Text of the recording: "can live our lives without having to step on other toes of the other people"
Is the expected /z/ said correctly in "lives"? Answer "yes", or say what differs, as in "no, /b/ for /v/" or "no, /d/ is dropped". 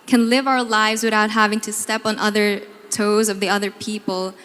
yes